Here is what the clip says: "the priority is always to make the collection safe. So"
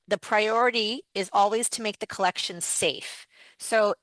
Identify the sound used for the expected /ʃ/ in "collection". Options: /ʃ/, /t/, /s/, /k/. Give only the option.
/ʃ/